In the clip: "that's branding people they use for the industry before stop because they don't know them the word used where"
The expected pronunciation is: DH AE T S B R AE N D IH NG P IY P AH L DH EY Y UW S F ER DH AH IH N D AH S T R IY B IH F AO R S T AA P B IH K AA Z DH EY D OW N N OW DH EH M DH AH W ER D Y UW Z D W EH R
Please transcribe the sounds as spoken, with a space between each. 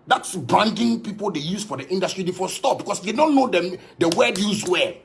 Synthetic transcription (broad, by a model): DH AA T S B AA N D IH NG P IY P AH L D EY Y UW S F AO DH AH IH N D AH S T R IY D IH F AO S T AA P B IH K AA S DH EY D OW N N OW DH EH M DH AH W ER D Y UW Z W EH